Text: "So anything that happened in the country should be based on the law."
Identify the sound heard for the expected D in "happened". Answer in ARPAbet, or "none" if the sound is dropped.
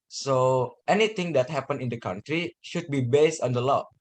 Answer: none